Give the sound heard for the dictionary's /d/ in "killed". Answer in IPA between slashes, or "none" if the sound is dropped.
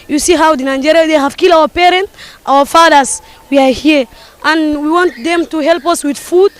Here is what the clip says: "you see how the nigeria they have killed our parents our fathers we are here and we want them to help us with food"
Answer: none